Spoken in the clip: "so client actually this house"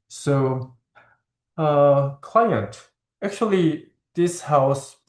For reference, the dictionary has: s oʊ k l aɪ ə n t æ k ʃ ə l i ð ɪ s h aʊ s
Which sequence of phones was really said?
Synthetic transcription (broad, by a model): s oʊ k l aɪ ə n t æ k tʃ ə l i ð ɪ s h aʊ s